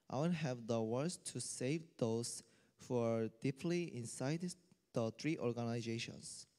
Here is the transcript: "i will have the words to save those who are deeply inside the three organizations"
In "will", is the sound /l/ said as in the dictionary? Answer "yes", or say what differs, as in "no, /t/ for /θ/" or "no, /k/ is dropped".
no, /n/ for /l/